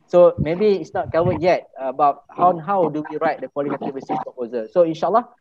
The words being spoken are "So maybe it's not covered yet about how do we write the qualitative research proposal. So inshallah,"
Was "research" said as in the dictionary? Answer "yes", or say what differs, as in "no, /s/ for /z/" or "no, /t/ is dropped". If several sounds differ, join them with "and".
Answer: no, /s/ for /tʃ/